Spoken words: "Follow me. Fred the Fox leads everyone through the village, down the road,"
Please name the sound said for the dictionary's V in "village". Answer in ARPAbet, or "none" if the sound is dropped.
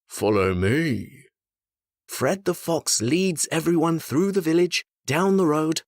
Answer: V